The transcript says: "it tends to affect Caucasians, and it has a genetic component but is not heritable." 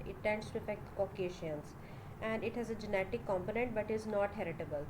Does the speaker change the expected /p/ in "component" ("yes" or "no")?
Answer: no